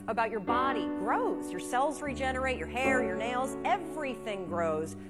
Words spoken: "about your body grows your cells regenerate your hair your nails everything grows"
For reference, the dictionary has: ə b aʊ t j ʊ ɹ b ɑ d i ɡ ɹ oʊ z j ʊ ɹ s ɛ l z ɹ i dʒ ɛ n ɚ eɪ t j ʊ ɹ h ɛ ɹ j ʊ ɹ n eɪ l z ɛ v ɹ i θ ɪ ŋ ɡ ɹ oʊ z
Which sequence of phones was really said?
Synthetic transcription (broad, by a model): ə b aʊ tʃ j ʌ ɹ b ɑ d i ɡ ɹ oʊ z j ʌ ɹ s ɛ l z ɹ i dʒ ɛ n ɚ eɪ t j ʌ ɹ h ɛ ɹ j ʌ ɹ n eɪ l z ɛ v ɹ i θ ɪ ŋ ɡ ɹ oʊ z